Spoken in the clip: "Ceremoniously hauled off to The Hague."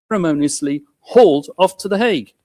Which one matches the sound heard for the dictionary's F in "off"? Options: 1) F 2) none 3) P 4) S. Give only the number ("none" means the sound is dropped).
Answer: 1